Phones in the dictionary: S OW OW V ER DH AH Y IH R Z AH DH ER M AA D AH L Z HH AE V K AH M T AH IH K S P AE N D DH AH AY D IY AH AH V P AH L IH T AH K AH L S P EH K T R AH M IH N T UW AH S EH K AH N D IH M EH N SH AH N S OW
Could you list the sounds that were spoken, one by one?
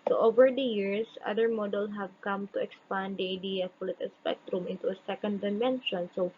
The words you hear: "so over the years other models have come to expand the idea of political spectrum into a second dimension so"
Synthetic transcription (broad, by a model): S OW OW V ER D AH Y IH R S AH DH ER M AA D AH L S HH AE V K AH M T AH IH K S P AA N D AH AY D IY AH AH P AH L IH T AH S P EH K T R AH M IH N T UW AH S EH K AH N D IH M EH N SH AH N S OW